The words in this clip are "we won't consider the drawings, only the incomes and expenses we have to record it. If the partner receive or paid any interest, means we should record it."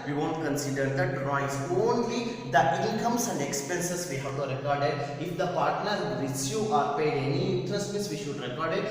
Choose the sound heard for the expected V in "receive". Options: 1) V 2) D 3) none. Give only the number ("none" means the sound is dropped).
3